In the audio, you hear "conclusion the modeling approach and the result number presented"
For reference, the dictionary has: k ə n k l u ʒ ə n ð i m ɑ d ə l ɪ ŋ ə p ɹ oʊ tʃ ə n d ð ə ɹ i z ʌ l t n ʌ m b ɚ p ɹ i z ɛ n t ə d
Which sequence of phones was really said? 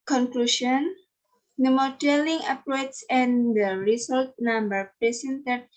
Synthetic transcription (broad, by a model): k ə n k l u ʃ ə n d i m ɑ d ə l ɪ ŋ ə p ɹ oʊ s ə n d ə ɹ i s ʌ l t n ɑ m b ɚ p ɹ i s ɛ n t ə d